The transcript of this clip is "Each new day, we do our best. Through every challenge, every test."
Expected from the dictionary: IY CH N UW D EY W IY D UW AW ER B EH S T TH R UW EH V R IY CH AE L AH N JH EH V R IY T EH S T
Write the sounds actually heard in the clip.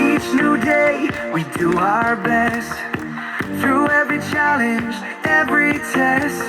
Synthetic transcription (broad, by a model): IY CH N UW D EY W IY D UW AW ER B EH S T TH R UW EH V R IY CH AE L AH N JH EH V R IY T EH S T